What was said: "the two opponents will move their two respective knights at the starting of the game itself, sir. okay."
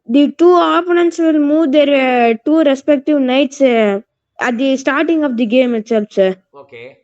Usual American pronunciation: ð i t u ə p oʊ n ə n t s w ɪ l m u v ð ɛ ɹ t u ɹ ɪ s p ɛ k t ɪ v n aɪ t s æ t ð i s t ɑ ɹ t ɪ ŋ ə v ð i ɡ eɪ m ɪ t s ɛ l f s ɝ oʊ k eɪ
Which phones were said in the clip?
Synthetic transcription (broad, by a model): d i t u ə p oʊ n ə n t s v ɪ l m u v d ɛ ɹ t u ɹ ɪ s p ɛ k t ɪ v n aɪ t s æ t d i s t ɑ ɹ t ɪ ŋ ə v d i ɡ eɪ m ɪ t s ɛ l f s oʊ k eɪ